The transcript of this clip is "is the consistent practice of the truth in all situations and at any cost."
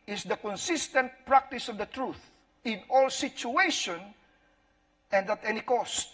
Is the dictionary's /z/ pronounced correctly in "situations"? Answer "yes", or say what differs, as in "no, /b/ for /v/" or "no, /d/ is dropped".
no, /z/ is dropped